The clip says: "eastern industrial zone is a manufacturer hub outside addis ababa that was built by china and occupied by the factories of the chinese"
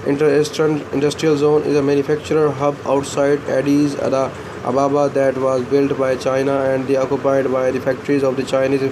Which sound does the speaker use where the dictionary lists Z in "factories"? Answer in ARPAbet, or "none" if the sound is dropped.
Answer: Z